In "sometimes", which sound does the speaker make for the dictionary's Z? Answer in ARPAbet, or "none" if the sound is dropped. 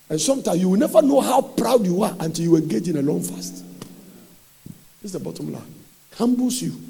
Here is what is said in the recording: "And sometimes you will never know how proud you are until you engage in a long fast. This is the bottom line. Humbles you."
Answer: none